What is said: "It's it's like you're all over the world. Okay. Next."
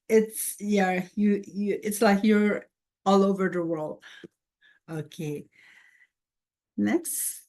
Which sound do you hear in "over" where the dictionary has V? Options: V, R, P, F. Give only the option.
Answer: V